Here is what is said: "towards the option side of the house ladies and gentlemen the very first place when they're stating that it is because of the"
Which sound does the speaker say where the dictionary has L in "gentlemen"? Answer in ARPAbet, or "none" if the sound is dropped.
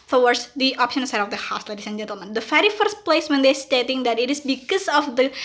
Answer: L